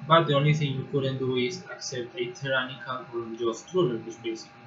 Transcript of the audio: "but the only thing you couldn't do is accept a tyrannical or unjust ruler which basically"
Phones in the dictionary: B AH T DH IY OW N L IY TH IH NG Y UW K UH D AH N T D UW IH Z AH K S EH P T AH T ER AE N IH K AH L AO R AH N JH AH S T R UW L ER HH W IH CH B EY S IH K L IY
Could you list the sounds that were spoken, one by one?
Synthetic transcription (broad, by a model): B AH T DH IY OW N L IY TH IH NG Y UW K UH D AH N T D UW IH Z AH K S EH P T AH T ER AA N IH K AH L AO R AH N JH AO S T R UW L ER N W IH S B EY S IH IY